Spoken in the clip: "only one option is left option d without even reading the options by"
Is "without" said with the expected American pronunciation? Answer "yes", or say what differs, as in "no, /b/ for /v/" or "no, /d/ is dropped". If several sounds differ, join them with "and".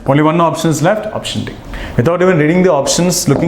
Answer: no, /t/ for /θ/